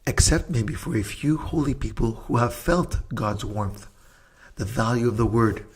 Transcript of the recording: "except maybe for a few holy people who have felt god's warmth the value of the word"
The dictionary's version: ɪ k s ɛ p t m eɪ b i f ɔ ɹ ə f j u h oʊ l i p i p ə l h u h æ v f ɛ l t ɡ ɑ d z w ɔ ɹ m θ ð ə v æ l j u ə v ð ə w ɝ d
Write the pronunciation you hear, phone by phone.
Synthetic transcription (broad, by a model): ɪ k s ɛ p t m eɪ b i f ɔ ɹ ə f j u h oʊ l i p i p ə l h u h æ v f ɛ l t ɡ ɑ d z w ɔ ɹ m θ ð ə v æ l j u ə v ð ə w ɝ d